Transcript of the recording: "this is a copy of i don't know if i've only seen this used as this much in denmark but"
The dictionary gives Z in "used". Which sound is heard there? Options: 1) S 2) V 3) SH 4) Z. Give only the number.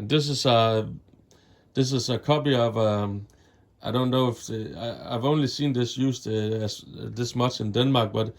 1